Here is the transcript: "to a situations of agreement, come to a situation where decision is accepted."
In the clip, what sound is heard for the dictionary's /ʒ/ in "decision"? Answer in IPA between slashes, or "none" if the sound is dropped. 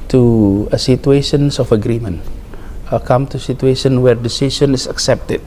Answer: /s/